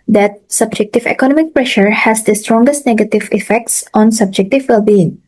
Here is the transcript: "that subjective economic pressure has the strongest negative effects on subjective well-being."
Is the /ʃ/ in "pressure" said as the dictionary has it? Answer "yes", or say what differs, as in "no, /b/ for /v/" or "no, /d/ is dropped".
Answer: yes